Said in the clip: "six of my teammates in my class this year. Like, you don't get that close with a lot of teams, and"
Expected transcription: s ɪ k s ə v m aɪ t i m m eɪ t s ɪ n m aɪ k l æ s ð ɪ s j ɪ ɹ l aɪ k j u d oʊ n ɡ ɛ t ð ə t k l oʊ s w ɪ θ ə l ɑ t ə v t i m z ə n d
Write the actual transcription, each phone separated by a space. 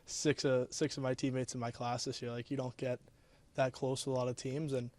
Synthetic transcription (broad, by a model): s ɪ k s ə v m aɪ t i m m eɪ t s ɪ n m aɪ k l æ s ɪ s j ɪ ɹ l aɪ k j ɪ d oʊ n ɡ ɛ t ð ə t k l oʊ s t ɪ ə l ɑ t ə v t i m z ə n